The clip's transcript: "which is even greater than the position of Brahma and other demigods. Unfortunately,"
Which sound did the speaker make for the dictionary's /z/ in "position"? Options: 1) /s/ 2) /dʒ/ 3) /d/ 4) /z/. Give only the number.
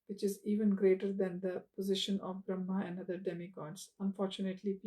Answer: 4